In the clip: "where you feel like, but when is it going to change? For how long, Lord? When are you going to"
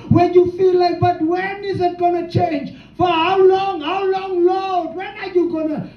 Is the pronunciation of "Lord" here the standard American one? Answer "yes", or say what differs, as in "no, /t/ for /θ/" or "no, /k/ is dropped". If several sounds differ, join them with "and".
no, /l/ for /ɹ/